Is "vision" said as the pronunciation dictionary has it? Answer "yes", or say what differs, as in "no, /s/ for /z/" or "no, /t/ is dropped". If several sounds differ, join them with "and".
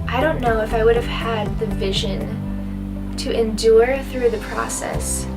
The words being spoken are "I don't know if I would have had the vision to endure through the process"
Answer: yes